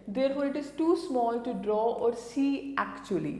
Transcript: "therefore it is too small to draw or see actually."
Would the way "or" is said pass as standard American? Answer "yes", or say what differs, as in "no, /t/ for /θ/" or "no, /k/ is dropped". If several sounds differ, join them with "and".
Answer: yes